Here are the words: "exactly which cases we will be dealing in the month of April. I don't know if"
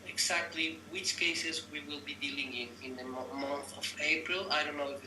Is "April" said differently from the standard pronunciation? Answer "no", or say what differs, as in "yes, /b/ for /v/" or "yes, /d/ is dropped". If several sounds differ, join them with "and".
no